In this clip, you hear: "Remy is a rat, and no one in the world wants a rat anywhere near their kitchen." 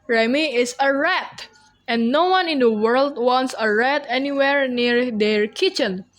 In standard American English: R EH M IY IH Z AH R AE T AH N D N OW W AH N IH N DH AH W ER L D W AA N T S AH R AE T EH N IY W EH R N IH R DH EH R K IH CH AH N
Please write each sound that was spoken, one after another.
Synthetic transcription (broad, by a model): R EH M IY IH S AH R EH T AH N N OW W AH N IH N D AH W ER L D W AA N T S AH R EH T EH N IY W EH R N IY R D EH R K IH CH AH N